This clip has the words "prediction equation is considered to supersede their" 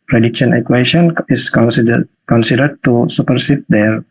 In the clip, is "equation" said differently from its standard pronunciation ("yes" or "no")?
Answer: yes